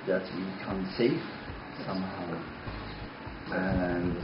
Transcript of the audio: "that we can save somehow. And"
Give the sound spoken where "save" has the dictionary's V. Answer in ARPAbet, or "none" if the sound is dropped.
F